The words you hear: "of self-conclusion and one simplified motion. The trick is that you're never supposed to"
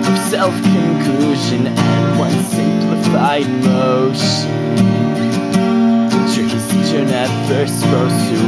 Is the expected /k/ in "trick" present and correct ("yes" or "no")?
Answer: no